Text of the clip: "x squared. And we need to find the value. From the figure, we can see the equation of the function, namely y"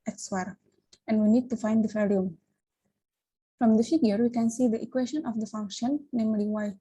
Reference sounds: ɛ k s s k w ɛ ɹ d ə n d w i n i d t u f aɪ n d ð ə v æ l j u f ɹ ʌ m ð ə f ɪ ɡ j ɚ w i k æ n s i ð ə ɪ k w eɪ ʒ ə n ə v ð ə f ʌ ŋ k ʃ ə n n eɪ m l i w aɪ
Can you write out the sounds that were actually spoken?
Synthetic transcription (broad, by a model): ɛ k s s w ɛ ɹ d ə n d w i n i d t u f aɪ n d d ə f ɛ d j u f ɹ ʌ m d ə f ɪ ɡ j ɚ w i k æ n s i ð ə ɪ k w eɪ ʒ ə n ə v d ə f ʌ ŋ k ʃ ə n n eɪ m l i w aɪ